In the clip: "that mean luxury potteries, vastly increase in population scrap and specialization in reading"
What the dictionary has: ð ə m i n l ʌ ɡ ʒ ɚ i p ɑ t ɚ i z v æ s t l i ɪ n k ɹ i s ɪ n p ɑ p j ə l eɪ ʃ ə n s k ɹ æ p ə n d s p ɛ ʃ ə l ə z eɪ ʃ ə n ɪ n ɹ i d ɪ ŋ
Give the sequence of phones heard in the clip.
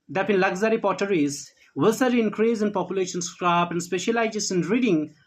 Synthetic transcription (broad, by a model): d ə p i n l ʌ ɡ z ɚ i p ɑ t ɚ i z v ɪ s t i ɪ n k ɹ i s ɪ n p ɑ p j ə l eɪ ʃ ə n s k ɹ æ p ə n d s p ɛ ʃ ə l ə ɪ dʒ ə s ɪ n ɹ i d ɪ ŋ